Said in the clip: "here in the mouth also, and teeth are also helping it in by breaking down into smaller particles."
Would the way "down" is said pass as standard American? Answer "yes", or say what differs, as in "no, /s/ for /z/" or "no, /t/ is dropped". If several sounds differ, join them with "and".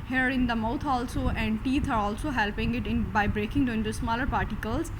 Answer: no, /n/ is dropped